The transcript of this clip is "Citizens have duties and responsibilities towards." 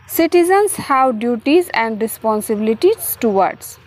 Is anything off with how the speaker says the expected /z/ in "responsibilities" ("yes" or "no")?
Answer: yes